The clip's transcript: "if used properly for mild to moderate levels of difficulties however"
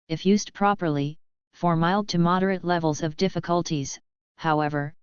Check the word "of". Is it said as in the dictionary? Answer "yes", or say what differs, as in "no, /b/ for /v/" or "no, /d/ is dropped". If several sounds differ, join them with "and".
yes